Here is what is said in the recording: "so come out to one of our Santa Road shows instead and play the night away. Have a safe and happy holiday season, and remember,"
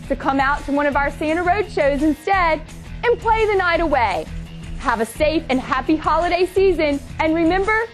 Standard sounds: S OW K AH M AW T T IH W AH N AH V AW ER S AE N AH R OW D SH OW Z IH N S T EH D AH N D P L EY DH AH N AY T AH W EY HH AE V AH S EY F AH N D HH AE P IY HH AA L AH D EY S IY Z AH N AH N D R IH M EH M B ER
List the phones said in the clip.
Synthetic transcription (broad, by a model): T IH K AH M AW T T IH W AH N AH V AW ER S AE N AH R OW D SH OW Z IH N S T EH D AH N P L EY DH AH N AY T AH W EY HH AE V AH S EY F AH N HH AE P IY HH AA L AH D EY S IY Z AH N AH N R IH M EH M B ER